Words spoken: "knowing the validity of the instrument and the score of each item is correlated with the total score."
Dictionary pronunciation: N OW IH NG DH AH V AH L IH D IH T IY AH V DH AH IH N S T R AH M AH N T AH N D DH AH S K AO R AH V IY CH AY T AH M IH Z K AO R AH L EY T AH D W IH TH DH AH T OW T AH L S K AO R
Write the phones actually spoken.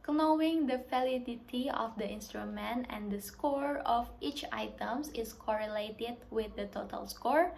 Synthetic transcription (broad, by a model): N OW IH NG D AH F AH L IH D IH T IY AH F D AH IH N S T R AH M AH N T AH N D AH S K AO R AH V IY CH AY T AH M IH S K AO R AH L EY T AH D W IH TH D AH T OW T AH L S K AO R